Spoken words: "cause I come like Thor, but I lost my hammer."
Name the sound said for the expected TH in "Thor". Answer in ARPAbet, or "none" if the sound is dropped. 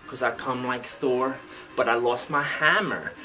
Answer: TH